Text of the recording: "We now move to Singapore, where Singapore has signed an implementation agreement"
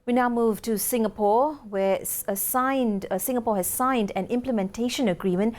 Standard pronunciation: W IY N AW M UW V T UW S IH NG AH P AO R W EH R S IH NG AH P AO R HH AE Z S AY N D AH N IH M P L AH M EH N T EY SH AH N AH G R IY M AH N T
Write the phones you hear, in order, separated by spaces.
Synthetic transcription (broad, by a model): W IY N AW M UW V T UW S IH NG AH P AO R W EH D S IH NG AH P AO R HH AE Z S AY N D AH N IH M P L AH M EH N T EY SH AH N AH G R IY M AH N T